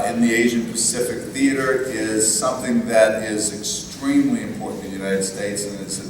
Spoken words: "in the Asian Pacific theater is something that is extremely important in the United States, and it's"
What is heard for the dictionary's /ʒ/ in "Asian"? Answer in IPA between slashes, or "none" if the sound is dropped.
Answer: /ʒ/